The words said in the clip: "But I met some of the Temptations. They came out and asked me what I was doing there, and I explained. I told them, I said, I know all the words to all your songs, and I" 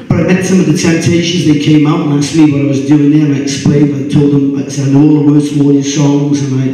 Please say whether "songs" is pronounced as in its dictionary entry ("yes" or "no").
yes